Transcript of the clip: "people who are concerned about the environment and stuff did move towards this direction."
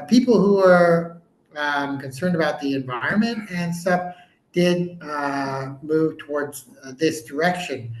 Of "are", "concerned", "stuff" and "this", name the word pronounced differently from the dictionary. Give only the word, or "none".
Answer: stuff